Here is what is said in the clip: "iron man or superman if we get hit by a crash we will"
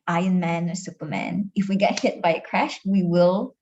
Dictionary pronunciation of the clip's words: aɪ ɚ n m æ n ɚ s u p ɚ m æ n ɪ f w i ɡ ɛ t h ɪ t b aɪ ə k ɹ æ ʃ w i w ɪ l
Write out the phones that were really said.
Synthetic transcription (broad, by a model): aɪ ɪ n m æ n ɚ s u p ɚ m æ n ɪ f w i ɡ ɛ t h ɪ t b aɪ ə k ɹ æ ʃ w i w ɪ l